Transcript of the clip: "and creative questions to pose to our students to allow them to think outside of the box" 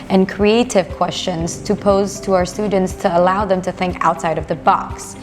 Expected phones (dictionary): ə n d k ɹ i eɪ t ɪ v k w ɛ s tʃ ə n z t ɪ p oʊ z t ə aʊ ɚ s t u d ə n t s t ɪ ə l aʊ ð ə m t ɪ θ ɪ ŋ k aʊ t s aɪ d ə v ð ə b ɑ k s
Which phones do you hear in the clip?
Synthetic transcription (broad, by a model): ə n k ɹ i eɪ t ɪ v k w ɛ s tʃ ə n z t ɪ p oʊ z t ə aʊ ɚ s t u d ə n t s t ɪ ə l aʊ ð ə m t ɪ θ ɪ ŋ k aʊ t s aɪ d ə v ð ə b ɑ k s